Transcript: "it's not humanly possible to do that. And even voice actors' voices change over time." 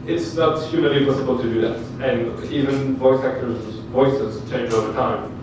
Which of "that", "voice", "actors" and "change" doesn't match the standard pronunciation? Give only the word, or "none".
none